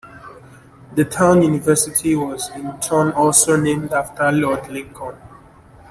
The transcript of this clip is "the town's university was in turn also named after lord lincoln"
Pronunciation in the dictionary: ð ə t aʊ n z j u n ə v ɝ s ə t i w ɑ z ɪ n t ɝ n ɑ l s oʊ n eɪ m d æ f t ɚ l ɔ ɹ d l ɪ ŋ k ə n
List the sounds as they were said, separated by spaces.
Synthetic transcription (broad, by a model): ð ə t aʊ n j u n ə v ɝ s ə t i w ɑ z ɪ n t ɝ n ɑ l s oʊ n eɪ m d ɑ f t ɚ l ɔ d l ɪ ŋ k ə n